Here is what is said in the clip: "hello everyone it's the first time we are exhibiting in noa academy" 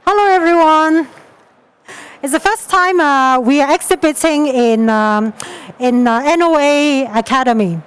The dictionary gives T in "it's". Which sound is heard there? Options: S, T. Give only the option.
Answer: T